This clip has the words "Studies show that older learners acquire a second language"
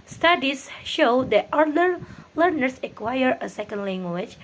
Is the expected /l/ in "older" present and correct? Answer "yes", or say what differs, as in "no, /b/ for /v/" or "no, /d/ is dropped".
no, /l/ is dropped